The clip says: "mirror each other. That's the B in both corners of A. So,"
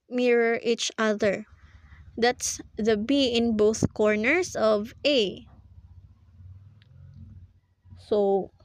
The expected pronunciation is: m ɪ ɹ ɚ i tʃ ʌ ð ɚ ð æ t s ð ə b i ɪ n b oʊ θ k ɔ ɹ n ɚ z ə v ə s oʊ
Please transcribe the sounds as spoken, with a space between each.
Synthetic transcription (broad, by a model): m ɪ ɹ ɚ i tʃ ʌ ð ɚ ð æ t s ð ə b i ɪ n b oʊ θ k ɔ ɹ n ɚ s ə v ə s oʊ